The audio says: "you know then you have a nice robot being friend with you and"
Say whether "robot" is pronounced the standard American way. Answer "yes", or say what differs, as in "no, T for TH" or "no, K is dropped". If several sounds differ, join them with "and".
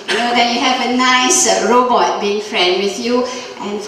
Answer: yes